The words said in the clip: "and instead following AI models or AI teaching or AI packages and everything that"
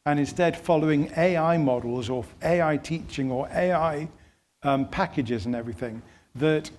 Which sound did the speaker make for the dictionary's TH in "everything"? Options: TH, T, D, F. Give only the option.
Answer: TH